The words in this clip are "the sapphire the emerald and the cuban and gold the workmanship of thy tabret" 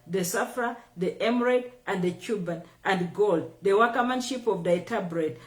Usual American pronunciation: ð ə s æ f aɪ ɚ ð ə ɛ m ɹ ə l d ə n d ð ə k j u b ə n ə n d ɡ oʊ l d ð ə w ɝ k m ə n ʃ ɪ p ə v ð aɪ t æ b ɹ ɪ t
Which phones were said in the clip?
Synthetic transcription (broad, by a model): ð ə s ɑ f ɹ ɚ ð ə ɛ m ɹ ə d ə n d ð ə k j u b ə n ə n d ɡ oʊ l d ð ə w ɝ k m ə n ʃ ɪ p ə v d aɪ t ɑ b ɹ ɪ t